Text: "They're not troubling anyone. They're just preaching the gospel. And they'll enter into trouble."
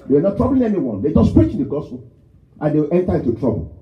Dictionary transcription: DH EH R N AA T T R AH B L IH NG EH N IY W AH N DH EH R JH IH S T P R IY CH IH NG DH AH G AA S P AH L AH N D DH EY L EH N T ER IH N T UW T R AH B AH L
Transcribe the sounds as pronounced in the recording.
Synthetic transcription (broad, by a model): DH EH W N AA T T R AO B L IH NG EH N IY W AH N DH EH JH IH S P R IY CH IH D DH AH G AA S P AH L AH N D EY W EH N T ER IH N T UW T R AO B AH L